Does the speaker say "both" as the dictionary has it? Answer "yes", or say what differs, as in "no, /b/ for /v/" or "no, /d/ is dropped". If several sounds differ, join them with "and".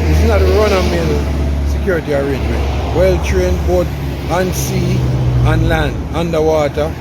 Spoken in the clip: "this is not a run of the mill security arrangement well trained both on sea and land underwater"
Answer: no, /t/ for /θ/